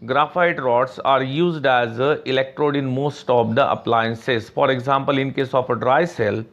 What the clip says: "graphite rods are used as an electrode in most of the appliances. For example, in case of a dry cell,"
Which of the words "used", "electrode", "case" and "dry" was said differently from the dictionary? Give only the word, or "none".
none